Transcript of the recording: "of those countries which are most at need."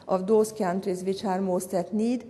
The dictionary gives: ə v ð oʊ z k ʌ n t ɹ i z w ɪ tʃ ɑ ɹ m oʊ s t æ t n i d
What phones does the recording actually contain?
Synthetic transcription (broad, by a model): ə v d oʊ s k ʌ n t ɹ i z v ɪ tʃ ɑ ɹ m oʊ s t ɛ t n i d